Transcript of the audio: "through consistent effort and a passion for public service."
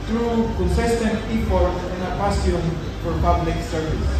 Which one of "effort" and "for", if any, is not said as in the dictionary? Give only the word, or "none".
effort